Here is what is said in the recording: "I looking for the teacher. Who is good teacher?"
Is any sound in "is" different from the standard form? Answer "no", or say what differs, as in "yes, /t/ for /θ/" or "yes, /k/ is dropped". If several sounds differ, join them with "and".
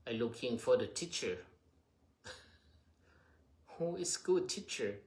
yes, /s/ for /z/